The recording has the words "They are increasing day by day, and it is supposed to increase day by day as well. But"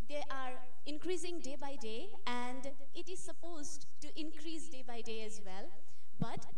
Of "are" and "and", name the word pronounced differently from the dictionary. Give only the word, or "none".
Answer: none